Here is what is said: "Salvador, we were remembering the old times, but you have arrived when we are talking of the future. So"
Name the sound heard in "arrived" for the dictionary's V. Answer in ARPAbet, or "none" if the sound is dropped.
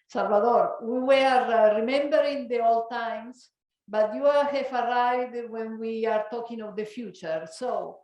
none